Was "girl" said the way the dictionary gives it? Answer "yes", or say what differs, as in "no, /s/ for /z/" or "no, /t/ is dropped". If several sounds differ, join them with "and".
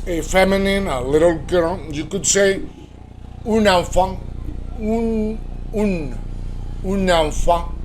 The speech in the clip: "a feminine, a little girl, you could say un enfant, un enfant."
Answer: no, /n/ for /l/